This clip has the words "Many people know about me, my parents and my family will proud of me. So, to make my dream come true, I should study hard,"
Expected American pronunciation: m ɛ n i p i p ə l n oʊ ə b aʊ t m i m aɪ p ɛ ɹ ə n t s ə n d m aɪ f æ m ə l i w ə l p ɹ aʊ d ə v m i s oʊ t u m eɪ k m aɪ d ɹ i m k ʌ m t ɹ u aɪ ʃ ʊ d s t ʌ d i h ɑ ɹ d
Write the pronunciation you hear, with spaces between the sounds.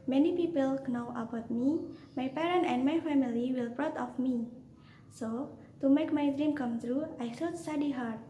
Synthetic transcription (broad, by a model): m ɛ n i p i p ə l n oʊ ə b aʊ t m i m aɪ p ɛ ɹ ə n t ə n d m aɪ f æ m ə l i w ə l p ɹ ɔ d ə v m i s oʊ t u m eɪ k m aɪ d ɹ i m k ʌ m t ɹ u aɪ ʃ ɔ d s t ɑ d i h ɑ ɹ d